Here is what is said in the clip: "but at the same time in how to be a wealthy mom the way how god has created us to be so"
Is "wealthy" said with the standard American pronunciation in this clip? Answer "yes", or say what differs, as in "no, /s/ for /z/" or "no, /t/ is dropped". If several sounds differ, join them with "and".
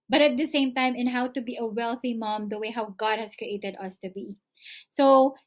yes